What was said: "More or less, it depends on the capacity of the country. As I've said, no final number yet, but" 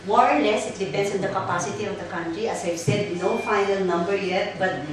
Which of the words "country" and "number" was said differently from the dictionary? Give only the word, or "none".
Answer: none